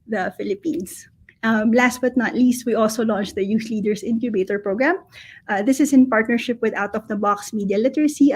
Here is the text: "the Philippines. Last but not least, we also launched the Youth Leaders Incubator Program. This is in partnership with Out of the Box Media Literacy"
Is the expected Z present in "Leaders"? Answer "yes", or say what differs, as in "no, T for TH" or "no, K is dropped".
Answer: no, S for Z